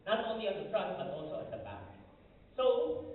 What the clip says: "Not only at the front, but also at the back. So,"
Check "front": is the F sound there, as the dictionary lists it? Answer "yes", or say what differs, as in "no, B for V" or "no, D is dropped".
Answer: no, P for F